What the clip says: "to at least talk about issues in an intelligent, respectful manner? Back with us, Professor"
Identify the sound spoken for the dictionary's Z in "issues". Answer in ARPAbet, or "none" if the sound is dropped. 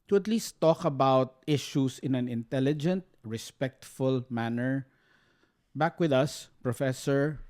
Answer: S